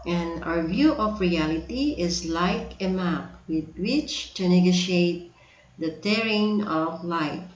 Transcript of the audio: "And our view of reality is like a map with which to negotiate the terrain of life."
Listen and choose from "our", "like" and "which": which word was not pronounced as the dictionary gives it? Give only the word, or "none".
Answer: none